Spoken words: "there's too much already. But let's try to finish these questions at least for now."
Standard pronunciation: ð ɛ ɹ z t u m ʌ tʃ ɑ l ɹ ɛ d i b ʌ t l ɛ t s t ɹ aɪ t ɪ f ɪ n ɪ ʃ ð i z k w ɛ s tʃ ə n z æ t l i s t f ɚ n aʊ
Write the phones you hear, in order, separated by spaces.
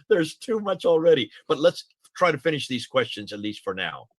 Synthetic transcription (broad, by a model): ð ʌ ɹ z t u m ʌ tʃ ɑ l ɹ ɛ d i b ʌ t l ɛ t s t ɹ aɪ t ɪ f ɪ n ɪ ʃ ð i z k w ɛ s tʃ ə n z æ t l i s t f ɚ n aʊ